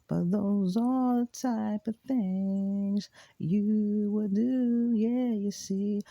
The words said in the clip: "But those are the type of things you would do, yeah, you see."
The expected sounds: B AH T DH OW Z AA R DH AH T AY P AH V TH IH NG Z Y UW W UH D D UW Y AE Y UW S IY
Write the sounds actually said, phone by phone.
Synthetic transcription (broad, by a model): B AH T DH OW Z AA L DH AH T AY P AH V TH IH NG Z Y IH W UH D D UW Y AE Y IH S IY